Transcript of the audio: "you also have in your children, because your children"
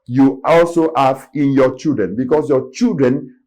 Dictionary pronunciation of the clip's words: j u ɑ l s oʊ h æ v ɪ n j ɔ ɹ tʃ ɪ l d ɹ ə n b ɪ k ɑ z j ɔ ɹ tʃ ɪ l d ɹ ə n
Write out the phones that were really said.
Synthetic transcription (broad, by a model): j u ɑ l s oʊ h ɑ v ɪ n j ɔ tʃ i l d ɹ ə n b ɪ k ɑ s j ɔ tʃ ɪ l d ɹ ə n